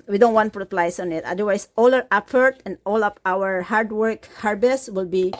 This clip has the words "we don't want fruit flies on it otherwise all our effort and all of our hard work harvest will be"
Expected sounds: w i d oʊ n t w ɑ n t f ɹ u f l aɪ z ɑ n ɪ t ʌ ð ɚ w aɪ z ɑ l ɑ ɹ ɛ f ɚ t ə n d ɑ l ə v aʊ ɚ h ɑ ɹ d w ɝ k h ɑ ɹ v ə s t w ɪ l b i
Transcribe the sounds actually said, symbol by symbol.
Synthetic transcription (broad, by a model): w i d oʊ n t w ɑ n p ɹ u p l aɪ s ɑ n ɪ t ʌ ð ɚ w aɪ s ɑ l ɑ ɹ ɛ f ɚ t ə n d ɑ l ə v aʊ ɚ h ɑ ɹ d w ɝ k h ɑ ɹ b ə s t w ɪ l b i